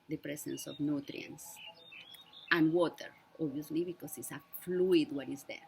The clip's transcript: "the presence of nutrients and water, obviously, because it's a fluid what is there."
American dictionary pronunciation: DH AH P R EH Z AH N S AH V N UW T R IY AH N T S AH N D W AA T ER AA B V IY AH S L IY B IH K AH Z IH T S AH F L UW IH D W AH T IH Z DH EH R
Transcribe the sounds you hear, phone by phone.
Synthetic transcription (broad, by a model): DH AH P R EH S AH N S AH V N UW T R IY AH N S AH N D W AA T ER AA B IY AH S L IY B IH K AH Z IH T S AH F L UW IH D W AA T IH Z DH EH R